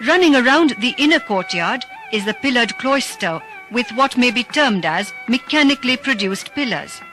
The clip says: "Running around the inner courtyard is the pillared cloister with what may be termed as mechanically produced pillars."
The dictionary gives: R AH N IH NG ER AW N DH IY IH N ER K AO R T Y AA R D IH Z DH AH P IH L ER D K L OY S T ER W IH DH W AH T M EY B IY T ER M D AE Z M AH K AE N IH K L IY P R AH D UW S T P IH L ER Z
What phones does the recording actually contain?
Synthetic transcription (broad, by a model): R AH N IH NG ER AW N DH IY IH N ER K AO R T Y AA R D IH Z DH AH P IH L ER D K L OY S T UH W IH DH W AH T M EY B IY T ER M D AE Z M AH K AE N IH K L IY P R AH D UW S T P IH L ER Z